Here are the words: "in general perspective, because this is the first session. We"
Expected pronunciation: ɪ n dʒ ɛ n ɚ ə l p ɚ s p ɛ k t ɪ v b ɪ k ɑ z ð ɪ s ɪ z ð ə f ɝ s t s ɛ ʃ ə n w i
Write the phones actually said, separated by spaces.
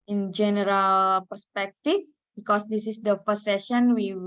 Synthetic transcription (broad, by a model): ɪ n dʒ ɛ n ɚ ə l p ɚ s p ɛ k t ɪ f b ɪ k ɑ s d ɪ s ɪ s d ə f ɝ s s ɛ ʃ ə n w i